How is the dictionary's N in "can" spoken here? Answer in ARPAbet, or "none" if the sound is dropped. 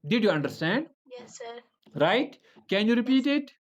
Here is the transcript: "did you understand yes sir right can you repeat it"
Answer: N